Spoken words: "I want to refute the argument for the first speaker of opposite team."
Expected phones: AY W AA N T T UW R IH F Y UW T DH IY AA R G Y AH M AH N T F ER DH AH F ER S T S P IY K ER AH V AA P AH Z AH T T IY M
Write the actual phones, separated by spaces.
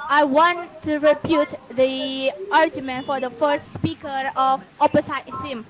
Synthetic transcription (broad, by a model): AY W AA N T T UW R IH P Y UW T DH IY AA R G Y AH M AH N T F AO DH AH F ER S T S P IY K ER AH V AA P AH S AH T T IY M